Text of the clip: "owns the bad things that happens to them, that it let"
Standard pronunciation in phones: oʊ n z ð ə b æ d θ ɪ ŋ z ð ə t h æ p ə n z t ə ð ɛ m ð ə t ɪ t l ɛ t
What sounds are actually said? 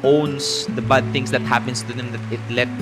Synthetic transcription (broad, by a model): oʊ n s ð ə b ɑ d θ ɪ ŋ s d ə t h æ p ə n s t ə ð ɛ m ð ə t ɪ t l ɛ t